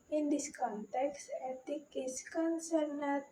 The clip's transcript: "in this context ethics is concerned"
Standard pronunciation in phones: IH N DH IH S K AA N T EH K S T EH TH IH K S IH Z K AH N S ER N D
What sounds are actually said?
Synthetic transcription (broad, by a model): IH N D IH S K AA N T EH K S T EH T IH K IH S K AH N S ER N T